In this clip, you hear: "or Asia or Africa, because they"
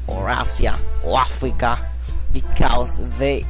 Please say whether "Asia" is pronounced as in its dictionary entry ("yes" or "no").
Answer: no